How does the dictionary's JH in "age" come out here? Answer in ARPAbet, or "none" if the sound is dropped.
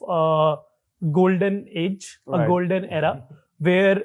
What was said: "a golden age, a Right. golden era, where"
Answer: JH